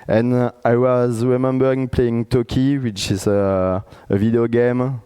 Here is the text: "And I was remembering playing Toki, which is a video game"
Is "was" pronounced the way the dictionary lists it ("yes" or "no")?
yes